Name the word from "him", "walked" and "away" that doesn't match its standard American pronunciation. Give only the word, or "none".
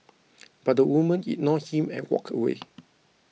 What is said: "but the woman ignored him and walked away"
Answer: walked